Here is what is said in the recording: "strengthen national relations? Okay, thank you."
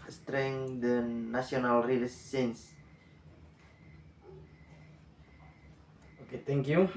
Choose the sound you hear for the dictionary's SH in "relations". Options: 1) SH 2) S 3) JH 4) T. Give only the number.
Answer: 2